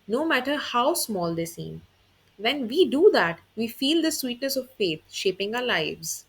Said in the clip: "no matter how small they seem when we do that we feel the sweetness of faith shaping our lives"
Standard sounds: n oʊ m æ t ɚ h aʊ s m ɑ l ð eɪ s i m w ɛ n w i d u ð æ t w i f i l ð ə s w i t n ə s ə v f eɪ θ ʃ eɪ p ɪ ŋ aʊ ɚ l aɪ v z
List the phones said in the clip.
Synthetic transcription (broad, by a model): n oʊ m æ t ɚ h aʊ s m ɑ l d eɪ s i m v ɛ n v i d u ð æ t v i f i l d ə s w i t n ə s ə v f eɪ t ʃ eɪ p ɪ ŋ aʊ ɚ l aɪ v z